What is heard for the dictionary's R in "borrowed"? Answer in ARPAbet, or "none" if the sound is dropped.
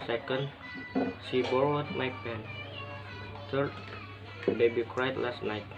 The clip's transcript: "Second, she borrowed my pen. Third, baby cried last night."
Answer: W